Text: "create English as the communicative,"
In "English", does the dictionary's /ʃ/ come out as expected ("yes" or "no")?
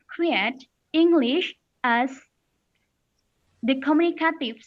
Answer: yes